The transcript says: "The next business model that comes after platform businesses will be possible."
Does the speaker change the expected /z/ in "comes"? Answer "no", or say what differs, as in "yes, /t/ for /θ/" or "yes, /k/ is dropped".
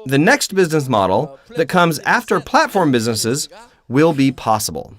no